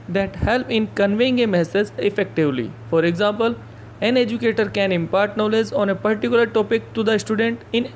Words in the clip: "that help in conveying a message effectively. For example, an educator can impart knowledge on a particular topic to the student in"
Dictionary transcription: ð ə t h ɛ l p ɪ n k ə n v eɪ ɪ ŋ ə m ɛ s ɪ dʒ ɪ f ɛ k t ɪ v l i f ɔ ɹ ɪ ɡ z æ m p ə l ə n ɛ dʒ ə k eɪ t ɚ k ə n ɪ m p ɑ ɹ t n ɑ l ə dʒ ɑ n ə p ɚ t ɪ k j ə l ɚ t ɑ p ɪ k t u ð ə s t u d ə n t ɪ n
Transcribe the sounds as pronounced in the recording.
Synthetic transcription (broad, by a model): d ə t h ɛ l p ɪ n k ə n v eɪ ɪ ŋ ə m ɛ s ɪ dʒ ɪ f ɛ k t ɪ v l i f ɔ ɹ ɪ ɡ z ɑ m p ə l ə n ɛ dʒ ə k eɪ t ɚ k ə n ɪ m p ɑ ɹ t n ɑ l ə z ɑ n ə p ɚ t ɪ k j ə l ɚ t ɑ p ɪ k t u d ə s t u d ə n t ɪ n